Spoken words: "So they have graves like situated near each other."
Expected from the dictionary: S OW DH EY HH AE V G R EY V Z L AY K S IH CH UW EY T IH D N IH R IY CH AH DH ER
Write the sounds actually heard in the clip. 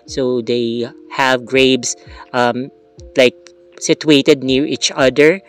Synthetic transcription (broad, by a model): S OW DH EY HH AE V G R EY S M L AY K S IH CH UW EY T IH D N IH R IY CH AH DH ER